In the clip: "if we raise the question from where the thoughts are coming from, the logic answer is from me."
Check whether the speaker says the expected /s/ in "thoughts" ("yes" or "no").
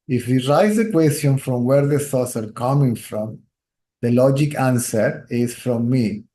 yes